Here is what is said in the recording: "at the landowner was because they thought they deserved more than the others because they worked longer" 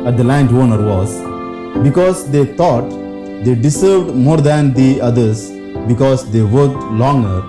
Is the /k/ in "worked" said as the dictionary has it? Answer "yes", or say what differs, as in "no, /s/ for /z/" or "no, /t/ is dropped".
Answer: no, /k/ is dropped